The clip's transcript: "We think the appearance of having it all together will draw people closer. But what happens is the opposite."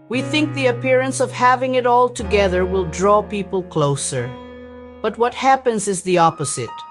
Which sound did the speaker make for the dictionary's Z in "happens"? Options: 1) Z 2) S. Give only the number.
1